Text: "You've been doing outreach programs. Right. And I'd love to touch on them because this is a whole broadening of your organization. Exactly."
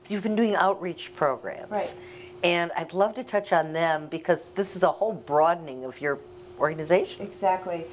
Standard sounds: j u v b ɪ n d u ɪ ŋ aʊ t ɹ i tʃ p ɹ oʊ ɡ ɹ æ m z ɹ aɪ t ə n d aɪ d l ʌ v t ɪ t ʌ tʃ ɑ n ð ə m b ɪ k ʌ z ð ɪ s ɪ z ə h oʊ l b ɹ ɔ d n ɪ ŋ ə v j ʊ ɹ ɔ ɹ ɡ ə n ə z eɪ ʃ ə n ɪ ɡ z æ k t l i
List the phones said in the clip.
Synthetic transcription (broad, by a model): j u v b ɪ n d u ɪ ŋ aʊ t ɹ i tʃ p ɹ oʊ ɡ ɹ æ m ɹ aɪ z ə n aɪ d l ʌ v t ɪ t ʌ tʃ n ð ə m b ɪ k ʌ z ð ɪ s ɪ z ə h oʊ l b ɹ ɔ d n ɪ ŋ ə v j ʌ ɹ ɔ ɹ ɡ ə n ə z eɪ ə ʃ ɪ ɡ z æ k t l i